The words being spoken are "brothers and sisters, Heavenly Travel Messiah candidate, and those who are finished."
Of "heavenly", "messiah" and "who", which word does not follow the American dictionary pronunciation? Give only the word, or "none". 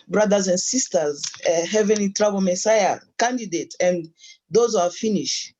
none